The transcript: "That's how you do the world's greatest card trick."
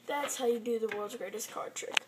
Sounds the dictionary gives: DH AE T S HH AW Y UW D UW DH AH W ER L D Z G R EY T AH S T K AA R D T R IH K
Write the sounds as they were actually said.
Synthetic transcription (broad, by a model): DH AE T S HH AW Y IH D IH DH AH W ER L D Z G R EY T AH S K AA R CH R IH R